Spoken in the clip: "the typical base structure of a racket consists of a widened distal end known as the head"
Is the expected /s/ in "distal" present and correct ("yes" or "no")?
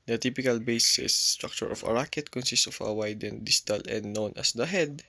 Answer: no